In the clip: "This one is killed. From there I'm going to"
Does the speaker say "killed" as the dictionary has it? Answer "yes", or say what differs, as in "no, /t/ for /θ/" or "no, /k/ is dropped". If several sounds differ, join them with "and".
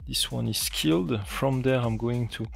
yes